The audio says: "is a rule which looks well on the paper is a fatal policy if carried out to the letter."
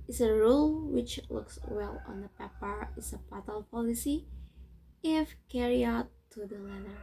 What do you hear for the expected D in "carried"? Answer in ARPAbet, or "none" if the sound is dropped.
none